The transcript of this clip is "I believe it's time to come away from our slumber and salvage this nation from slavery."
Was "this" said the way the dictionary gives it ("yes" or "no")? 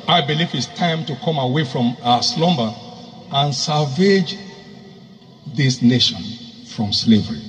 yes